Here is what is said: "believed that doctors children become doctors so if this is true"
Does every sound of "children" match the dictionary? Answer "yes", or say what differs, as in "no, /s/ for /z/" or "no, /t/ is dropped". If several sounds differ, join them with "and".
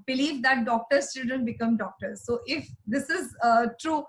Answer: no, /l/ is dropped and /ɹ/ is dropped